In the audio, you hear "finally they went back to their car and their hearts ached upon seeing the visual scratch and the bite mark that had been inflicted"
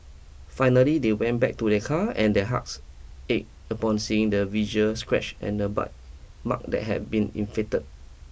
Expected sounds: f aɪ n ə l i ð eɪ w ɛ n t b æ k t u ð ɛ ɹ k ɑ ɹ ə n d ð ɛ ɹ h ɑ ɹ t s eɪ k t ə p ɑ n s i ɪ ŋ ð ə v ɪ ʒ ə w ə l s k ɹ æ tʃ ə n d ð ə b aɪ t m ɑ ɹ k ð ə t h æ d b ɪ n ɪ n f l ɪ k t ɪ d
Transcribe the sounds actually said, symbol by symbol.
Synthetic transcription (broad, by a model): f aɪ n ə l i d eɪ w ɛ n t b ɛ k t u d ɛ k ɑ ə n d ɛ h ɑ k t s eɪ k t ə p ɑ n s i ɪ ŋ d ə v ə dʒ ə s k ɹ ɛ tʃ ə n d ə b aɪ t m ɑ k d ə t h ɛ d b ɪ n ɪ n f ɪ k t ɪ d